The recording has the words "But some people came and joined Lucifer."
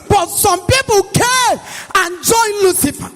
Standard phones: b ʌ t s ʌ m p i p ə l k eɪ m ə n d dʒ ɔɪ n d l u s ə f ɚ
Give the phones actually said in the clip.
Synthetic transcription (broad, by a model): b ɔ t s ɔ m p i p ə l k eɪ ə n dʒ ɔɪ n l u s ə f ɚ